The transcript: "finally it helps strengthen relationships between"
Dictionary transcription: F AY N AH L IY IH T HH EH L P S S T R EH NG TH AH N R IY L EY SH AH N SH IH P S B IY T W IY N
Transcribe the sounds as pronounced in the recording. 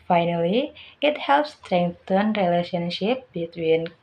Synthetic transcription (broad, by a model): F AY N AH L IY IH T HH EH L P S S T R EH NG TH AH N R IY L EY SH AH N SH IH P B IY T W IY N